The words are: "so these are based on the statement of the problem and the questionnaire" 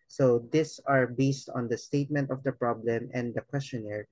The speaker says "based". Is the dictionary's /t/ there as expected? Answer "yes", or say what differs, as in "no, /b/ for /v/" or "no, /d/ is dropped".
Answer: yes